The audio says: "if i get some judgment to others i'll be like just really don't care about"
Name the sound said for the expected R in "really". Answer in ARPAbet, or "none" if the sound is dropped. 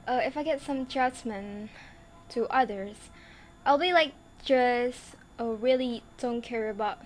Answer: R